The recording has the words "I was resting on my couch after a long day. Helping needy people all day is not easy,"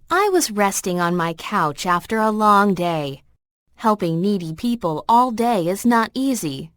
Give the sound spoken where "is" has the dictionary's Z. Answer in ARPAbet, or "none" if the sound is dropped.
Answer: Z